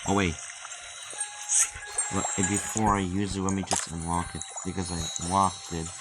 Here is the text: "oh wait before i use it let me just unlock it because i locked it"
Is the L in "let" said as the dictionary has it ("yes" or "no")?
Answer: no